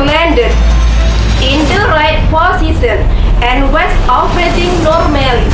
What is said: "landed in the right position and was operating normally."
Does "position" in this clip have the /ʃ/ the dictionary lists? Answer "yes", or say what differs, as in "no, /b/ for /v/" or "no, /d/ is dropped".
no, /s/ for /ʃ/